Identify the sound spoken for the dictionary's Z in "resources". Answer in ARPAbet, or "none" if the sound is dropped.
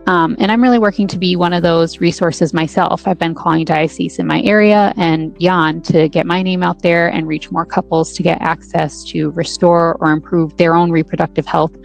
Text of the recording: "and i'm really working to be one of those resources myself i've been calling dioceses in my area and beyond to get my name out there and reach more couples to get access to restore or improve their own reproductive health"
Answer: Z